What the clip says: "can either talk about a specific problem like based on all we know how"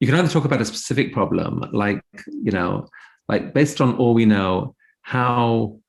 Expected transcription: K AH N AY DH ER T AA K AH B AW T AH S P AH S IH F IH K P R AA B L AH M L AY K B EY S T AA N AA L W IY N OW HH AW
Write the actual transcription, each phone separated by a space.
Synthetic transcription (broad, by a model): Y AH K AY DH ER T AA K AH B AW T AH S P AH S IH F IH K P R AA B L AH M L AY K B EY S T N AA L W IY N OW HH AW